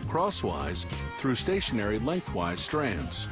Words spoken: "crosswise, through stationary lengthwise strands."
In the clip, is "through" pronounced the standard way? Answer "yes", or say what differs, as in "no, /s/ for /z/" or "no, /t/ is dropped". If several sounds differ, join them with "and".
yes